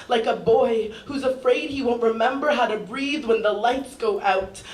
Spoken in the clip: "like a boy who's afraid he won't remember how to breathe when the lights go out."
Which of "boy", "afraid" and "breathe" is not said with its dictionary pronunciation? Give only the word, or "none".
none